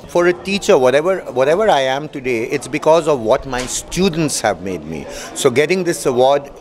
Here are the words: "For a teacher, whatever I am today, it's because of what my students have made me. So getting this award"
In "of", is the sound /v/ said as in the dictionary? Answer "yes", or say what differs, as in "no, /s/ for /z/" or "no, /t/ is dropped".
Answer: yes